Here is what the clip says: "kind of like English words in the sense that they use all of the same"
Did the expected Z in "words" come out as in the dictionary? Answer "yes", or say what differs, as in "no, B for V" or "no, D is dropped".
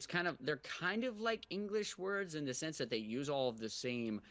yes